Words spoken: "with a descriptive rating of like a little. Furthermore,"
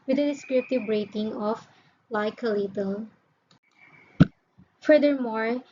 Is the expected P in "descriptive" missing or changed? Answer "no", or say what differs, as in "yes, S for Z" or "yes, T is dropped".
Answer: no